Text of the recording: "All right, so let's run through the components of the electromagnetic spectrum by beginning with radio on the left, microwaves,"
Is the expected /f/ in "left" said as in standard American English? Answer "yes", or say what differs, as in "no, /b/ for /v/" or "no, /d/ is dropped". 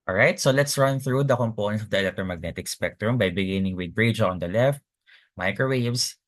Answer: yes